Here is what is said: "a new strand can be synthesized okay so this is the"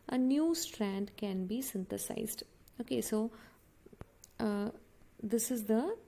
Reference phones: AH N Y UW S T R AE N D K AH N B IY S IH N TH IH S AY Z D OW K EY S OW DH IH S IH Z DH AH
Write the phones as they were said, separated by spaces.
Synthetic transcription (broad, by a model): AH N Y UW S T R AE N D K AH N B IY S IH N T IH S AY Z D OW K EY S OW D IH S IH Z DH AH